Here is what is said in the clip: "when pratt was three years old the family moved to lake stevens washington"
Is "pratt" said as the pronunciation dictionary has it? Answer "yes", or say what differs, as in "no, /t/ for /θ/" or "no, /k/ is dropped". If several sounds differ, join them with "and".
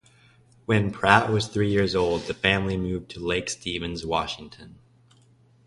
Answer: yes